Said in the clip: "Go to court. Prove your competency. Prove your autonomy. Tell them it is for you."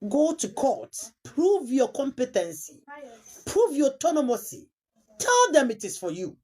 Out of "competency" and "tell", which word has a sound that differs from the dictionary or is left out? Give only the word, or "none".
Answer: none